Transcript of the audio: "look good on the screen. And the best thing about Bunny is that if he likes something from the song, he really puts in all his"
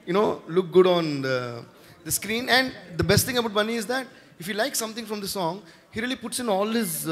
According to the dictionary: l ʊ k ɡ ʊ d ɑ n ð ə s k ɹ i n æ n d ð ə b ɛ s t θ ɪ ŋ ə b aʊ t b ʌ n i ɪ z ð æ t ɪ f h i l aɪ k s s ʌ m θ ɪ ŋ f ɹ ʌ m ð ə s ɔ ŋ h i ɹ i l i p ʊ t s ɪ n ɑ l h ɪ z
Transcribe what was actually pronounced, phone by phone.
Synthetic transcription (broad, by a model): l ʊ k ɡ ʊ d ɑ n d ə s k ɹ i n æ n d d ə b ɛ s t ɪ ŋ ə b aʊ t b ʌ n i ɪ z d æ t ɪ f h i l aɪ k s s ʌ m t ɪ ŋ f ɹ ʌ m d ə s ɔ ŋ h i ɹ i l i p ʊ t s ɪ n ɑ l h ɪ z